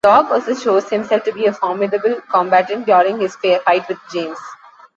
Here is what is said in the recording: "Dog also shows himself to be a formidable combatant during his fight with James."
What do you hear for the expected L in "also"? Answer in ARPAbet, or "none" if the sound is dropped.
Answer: none